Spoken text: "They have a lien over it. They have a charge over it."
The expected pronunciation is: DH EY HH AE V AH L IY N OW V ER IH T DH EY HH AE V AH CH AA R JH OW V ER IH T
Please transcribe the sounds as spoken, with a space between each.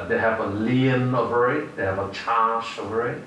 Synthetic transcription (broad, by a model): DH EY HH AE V AH L IY N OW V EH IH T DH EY HH AE V AH CH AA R SH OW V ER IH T